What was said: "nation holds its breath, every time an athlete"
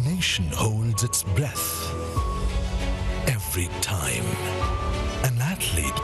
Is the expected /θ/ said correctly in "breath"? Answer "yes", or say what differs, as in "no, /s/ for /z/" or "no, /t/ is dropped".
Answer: yes